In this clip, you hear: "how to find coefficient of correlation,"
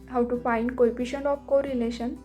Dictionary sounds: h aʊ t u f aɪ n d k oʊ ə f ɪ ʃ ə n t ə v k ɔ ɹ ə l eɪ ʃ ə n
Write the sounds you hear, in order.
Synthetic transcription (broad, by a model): h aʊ t u f aɪ n d k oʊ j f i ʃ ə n ə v k ɔ ɹ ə l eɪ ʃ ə n